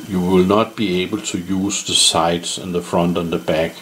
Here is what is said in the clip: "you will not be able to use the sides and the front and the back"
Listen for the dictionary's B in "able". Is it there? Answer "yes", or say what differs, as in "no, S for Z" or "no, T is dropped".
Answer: yes